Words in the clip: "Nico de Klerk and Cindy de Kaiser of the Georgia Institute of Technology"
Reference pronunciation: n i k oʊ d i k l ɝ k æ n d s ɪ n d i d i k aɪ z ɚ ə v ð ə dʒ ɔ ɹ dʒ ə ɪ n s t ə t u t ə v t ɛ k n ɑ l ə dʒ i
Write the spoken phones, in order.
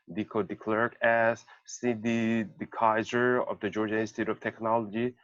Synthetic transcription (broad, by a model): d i k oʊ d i k l ɝ k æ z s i d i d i k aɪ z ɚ ə v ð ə dʒ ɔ ɹ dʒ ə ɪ s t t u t ə v t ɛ k n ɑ l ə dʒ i